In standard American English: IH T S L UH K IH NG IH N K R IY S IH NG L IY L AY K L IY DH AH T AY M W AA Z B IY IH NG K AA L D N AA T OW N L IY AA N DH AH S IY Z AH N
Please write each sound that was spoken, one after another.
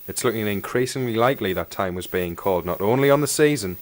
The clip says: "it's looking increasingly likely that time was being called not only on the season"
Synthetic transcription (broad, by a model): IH T S L UH K IH NG IH N K R IY S IH NG L IY L AY K L IY DH AH T AY M W AA Z B IY IH NG K AA L D N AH T OW N L IY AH N DH AH S IY Z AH N